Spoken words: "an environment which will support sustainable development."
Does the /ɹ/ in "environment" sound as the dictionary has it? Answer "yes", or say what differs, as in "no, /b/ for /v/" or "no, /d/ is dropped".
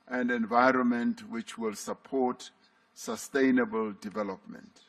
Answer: yes